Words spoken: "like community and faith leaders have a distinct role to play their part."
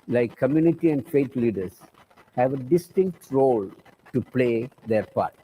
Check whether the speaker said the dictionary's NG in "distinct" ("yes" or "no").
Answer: yes